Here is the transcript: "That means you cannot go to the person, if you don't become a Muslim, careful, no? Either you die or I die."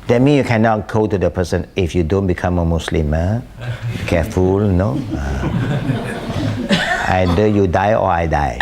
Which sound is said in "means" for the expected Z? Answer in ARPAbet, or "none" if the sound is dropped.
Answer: none